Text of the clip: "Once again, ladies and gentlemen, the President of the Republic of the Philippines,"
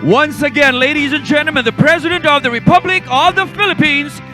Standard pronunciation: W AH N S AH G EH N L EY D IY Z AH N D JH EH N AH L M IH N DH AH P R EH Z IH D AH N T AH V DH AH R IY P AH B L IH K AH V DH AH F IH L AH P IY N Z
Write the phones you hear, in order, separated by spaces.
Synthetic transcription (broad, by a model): W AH N S AH G EH N L EY D IY Z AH N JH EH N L M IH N DH AH P R EH Z IH D AH N T AH V DH AH R IY P AH B L IH K AH V DH AH F IH L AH P IY N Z